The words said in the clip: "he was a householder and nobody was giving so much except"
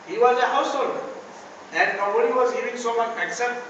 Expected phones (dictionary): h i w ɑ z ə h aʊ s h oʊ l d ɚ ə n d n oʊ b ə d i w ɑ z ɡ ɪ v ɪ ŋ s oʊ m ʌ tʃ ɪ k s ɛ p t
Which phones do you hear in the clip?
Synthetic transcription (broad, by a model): h i w ɑ z ə h aʊ s h oʊ l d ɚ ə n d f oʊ ə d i w ɑ z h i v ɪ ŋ s oʊ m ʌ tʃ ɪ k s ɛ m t